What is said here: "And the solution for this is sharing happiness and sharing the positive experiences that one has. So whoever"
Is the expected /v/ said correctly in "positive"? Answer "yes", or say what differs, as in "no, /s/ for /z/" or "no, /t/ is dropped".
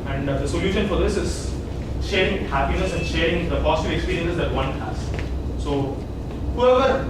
no, /v/ is dropped